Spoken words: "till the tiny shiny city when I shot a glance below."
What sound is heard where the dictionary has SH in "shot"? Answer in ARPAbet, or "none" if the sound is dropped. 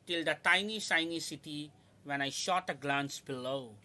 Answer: SH